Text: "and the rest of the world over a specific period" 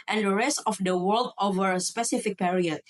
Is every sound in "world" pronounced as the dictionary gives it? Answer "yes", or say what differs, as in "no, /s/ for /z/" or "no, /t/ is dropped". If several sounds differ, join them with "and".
yes